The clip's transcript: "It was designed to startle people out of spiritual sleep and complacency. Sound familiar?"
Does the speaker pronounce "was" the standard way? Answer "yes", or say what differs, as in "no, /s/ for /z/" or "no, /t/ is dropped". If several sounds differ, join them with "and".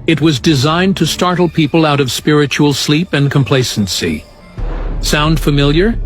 yes